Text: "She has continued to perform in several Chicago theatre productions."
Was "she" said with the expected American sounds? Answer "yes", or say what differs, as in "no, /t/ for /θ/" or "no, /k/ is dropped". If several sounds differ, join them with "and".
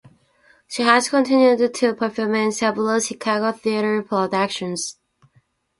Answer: yes